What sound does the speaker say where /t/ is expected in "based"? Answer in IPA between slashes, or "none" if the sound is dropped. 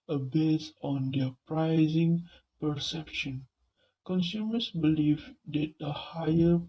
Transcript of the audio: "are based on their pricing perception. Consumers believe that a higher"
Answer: none